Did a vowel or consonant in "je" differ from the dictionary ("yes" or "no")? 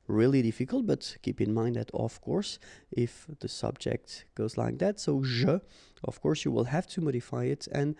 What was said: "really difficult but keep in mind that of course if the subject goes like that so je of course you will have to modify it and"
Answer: yes